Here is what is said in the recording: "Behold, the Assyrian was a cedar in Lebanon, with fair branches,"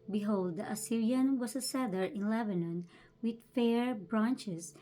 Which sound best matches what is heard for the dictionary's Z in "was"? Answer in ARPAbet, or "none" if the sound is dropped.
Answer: S